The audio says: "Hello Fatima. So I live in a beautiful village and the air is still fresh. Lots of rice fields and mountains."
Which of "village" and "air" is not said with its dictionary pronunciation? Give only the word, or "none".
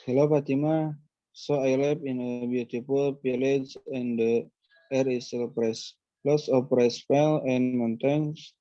village